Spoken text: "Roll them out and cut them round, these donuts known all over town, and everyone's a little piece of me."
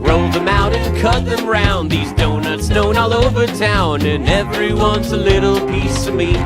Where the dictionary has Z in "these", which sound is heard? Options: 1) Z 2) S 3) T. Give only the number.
1